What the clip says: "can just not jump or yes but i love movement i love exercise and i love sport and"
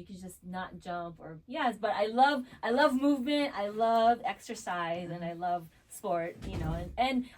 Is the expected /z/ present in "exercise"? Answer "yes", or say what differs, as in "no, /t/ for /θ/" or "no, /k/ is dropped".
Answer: yes